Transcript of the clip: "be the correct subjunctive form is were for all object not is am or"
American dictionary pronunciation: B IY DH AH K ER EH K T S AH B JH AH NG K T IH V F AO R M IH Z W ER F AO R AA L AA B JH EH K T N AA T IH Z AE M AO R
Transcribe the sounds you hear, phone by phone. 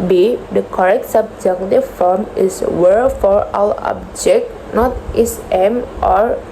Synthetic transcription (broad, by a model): B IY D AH K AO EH K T S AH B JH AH K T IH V F AO R M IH S W ER F AO R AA W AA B JH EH K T N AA T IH S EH M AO R